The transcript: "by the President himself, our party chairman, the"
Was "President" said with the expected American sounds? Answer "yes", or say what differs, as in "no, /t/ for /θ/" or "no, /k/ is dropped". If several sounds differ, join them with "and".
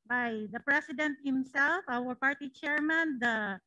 no, /s/ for /z/